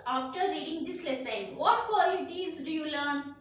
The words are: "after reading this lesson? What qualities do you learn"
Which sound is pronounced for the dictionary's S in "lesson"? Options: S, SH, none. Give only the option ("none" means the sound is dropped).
S